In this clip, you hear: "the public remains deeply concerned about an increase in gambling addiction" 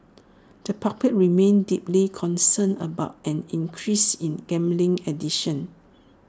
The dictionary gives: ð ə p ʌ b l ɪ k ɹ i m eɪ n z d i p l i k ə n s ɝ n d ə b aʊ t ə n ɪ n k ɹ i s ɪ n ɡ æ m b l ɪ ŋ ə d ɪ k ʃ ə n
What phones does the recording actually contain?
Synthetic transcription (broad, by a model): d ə p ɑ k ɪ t ɹ i m eɪ n d i p l i k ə n s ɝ n ə b aʊ t ə n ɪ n k ɹ i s ɪ n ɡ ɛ m b l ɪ ŋ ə d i ʃ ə n